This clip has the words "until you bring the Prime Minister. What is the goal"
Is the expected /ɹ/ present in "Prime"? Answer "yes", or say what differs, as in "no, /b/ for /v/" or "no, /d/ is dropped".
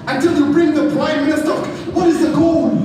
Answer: no, /l/ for /ɹ/